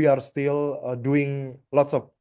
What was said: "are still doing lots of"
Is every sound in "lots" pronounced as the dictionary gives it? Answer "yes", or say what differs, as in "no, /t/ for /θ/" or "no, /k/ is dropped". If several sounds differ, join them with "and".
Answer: yes